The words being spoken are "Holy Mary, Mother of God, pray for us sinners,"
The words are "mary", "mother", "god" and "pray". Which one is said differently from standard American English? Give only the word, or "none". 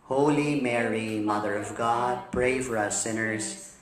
pray